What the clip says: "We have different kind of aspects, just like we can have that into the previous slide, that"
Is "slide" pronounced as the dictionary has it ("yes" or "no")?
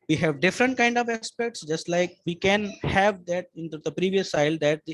no